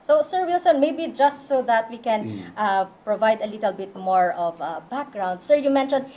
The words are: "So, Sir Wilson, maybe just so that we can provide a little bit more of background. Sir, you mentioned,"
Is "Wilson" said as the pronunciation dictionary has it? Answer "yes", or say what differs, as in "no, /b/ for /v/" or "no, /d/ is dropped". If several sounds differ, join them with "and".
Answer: yes